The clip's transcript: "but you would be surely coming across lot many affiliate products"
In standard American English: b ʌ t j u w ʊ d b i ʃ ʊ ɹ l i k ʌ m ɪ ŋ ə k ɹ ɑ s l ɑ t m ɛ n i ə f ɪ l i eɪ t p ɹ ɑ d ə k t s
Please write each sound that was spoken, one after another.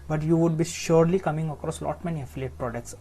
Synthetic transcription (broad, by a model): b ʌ t j u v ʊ d b i ʃ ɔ ɹ l i k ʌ m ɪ ŋ ə k ɹ ɑ s l ɑ t m ɛ n i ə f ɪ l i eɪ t p ɹ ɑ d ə k t s